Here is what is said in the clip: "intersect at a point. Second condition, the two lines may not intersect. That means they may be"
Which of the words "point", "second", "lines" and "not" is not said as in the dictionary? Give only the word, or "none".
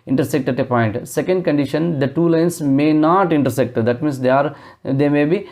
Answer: lines